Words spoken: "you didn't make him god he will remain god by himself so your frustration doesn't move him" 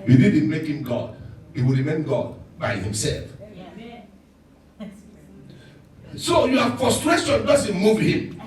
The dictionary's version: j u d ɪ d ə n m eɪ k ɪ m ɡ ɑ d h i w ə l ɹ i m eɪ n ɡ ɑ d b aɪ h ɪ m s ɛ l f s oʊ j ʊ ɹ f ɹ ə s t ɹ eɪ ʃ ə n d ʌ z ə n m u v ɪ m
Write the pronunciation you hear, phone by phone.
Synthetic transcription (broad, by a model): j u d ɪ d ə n m eɪ k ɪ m ɡ ɑ d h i w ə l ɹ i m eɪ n ɡ ɑ d b aɪ h ɪ m s ɛ l f s oʊ j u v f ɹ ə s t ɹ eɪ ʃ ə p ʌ s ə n m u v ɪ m